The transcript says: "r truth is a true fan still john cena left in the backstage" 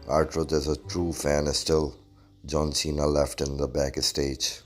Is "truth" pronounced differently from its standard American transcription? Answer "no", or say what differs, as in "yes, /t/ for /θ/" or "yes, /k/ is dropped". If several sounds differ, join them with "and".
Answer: yes, /t/ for /θ/